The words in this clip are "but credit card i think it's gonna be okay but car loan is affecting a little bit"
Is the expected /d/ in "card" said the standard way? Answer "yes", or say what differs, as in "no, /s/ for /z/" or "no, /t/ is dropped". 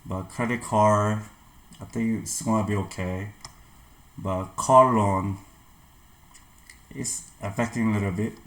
no, /d/ is dropped